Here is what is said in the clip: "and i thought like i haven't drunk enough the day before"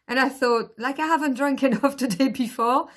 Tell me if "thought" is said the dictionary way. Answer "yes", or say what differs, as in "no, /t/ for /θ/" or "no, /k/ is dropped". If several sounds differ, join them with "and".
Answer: yes